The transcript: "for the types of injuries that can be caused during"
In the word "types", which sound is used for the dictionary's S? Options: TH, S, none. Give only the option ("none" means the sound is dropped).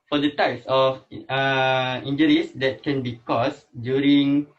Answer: S